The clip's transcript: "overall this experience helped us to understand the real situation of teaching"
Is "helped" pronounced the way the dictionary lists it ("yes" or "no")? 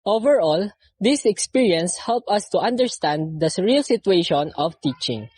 no